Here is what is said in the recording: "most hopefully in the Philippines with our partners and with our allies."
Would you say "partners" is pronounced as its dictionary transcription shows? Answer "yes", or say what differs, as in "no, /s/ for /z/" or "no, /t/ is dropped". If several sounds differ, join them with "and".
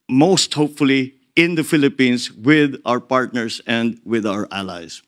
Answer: no, /s/ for /z/